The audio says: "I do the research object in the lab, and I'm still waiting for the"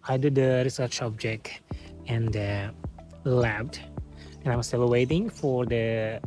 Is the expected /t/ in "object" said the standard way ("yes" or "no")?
yes